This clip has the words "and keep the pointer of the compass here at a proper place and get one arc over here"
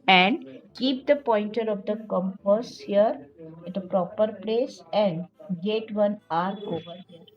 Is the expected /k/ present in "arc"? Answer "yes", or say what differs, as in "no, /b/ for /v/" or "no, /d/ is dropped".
no, /k/ is dropped